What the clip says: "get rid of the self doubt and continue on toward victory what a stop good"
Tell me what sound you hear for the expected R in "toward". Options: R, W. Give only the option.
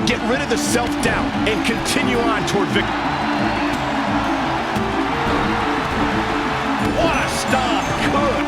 R